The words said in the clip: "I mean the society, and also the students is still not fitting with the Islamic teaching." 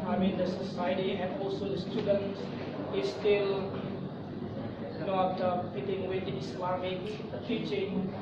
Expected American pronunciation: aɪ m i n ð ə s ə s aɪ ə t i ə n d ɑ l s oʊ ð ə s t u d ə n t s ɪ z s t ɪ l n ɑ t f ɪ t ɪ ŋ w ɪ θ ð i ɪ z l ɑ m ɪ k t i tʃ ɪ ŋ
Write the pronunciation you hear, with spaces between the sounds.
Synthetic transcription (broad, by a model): aɪ m i n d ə s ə s aɪ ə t i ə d ɑ l s oʊ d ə s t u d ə n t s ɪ s t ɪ l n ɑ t p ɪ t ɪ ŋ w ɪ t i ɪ s l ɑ m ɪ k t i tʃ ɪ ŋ